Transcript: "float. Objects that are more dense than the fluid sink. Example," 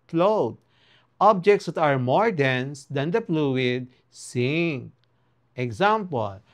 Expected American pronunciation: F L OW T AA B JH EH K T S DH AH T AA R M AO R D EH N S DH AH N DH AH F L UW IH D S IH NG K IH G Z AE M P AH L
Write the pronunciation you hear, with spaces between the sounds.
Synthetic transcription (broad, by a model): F L OW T AA B JH EH K T S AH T AA R M AO R D EH N S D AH N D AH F L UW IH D S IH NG IH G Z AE M P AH L